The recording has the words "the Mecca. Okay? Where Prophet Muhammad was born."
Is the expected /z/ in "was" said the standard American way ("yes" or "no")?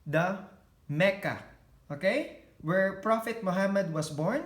no